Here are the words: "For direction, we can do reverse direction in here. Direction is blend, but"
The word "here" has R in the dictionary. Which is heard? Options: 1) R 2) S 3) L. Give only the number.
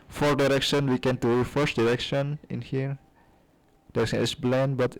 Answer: 1